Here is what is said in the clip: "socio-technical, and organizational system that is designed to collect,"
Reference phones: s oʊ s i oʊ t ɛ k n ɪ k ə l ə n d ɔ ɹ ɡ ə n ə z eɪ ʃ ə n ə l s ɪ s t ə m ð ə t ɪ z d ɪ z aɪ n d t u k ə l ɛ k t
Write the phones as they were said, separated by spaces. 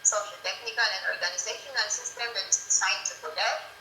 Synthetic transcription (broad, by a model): s oʊ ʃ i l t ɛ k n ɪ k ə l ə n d ɔ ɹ ɡ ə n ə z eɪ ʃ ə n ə n s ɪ s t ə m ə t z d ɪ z aɪ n t u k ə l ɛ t